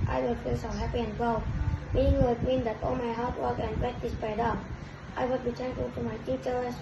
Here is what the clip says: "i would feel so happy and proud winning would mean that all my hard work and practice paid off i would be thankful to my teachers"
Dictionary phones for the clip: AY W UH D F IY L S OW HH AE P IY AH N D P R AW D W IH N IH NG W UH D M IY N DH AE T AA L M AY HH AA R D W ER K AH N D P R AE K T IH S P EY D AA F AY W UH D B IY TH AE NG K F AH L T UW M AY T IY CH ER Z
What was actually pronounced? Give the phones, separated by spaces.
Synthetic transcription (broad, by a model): AY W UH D F IY L S OW HH AE P IY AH N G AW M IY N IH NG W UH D M IY N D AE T AA L M AY HH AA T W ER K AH N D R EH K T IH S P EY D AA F AY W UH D B IY T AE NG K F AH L T UW M AY T IY CH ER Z